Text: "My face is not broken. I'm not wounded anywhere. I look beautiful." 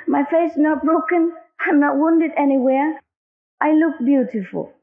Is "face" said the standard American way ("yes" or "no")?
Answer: no